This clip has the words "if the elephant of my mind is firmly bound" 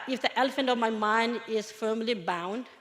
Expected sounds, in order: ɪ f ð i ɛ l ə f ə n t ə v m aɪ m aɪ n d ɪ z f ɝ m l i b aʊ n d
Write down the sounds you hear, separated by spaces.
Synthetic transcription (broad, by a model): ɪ f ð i ɛ l ə f ə n t ə v m aɪ m aɪ n d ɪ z f ɝ m l i b aʊ n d